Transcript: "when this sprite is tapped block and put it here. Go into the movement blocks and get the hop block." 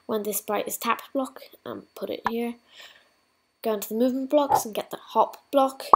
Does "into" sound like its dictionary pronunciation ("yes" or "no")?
yes